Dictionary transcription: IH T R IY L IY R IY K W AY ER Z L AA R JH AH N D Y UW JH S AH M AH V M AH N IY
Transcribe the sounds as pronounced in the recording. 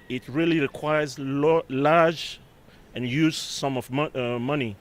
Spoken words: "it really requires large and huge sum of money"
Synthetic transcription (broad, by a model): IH T R IY L IY R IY K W AY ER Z L AA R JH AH N Y UW Z S AH M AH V M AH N IY